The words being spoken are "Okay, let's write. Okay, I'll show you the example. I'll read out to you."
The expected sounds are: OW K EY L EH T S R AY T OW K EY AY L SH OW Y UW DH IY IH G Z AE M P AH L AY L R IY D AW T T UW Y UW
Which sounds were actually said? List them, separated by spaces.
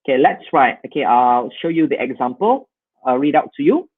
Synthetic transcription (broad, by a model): K EY L EH T S R AY T OW K EY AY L SH OW Y UW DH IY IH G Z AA M P AH L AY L R IY D AW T T UW Y UW